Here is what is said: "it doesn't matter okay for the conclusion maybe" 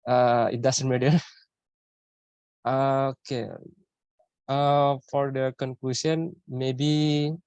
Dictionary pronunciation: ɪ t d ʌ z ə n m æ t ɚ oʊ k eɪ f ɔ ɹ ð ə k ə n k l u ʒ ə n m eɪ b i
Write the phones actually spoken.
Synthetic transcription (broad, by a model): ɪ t d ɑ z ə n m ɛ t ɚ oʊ k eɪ f ɔ ɹ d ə k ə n k l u s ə n m eɪ b i